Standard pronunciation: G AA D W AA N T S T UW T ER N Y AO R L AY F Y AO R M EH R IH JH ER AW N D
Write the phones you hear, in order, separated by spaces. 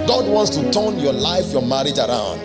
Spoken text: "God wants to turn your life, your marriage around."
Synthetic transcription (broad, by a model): G AA D W AA N T S T UW T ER N Y AO L AY F Y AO M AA R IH JH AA AW N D